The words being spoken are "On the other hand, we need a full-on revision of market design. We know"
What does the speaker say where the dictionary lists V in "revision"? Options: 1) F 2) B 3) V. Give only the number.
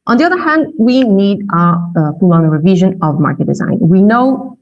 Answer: 3